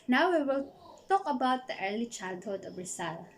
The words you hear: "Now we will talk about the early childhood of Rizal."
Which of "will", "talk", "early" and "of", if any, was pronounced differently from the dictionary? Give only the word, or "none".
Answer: of